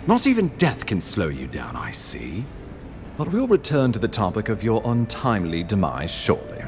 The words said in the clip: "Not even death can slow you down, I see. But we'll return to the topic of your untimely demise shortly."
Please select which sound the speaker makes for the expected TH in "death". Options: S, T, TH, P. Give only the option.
TH